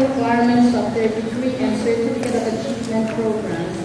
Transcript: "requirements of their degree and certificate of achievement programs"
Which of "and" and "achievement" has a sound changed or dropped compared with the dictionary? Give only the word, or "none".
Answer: achievement